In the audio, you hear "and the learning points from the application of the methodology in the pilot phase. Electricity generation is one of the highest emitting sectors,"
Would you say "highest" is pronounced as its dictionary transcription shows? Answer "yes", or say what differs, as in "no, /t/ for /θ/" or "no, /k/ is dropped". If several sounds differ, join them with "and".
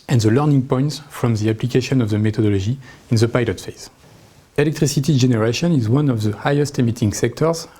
yes